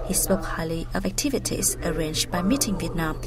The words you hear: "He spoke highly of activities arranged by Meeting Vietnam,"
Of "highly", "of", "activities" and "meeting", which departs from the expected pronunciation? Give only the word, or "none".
none